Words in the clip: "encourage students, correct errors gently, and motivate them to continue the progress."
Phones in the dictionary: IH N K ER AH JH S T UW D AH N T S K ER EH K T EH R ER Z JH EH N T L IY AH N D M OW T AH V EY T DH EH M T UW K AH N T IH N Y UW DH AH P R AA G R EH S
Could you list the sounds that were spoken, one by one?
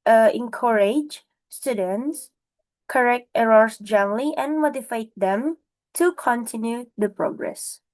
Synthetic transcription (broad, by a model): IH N K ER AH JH S T UW D AH N T S K ER EH K T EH R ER S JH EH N L IY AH N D M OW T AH F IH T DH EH M T UW K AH N T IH N Y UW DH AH P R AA G R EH S